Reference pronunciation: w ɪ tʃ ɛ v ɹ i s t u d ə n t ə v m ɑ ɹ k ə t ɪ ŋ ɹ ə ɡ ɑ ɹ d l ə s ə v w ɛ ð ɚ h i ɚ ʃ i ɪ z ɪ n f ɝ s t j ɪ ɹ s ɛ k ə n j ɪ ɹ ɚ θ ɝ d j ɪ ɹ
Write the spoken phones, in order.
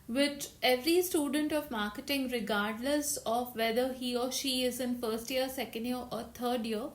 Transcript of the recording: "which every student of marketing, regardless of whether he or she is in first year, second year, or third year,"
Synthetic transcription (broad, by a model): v ɪ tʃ ɛ v ɹ i s t u d ə n t ə v m ɑ ɹ k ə t ɪ ŋ ɹ ə ɡ ɑ ɹ d l ə s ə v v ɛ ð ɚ h i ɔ ʃ i ɪ z ɪ n f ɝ s t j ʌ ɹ s ɛ k ə n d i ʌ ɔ t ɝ d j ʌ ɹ